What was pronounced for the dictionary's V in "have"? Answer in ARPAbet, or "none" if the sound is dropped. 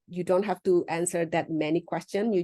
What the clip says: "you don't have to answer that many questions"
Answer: F